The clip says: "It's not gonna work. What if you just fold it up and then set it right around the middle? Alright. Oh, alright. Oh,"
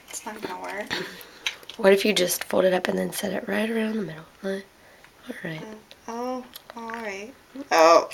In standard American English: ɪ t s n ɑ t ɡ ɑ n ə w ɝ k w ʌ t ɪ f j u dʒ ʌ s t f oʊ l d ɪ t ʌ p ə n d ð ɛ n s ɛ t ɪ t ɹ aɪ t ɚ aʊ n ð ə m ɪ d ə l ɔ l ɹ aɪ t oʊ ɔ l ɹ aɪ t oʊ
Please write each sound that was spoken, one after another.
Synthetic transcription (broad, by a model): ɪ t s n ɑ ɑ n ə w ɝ w ʌ t ɪ f j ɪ dʒ ʌ s t f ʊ l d ɪ t ʌ p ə n ð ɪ n s ɛ t ɪ t ɹ aɪ t ɚ aʊ n ð ə m ɪ d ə l ɔ l ɹ aɪ t oʊ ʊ l ɹ aɪ t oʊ